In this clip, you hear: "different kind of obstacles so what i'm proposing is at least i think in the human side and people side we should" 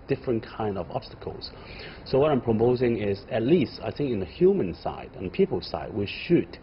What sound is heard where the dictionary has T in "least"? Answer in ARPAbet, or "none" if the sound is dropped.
T